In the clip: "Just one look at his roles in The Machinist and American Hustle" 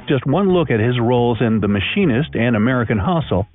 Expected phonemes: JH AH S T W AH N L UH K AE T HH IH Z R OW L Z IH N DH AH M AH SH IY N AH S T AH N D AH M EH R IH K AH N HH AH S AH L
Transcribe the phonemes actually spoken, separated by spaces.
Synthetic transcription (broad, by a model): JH AH S T W AH N L UH K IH T HH IH Z R OW L Z IH N DH AH M AH SH IY N AH S T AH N AH M EH R IH K AH N HH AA S L